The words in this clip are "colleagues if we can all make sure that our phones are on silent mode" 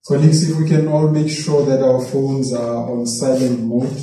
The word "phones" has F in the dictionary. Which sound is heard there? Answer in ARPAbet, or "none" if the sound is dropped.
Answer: F